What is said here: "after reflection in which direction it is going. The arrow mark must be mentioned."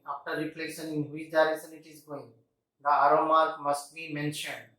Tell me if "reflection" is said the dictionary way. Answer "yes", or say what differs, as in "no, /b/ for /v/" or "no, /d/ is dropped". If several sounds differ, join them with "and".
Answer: no, /k/ is dropped